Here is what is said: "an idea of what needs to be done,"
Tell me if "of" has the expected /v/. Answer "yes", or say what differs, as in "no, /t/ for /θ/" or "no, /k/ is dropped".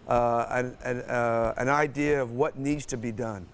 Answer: yes